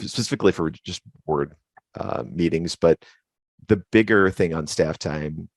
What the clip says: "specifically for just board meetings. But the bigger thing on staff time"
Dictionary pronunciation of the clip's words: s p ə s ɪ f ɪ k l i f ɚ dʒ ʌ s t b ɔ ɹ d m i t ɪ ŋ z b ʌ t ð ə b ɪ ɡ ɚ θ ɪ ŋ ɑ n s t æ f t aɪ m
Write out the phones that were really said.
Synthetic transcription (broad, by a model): s p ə s ɪ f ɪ k l i f ɚ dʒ ʌ s t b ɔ ɹ d m i t ɪ ŋ z b ʌ t ð ə b ɪ ɡ ɚ θ ɪ ŋ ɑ n s t æ f t aɪ m